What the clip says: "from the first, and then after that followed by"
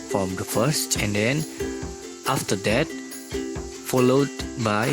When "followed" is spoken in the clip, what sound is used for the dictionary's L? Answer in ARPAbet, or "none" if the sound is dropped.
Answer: L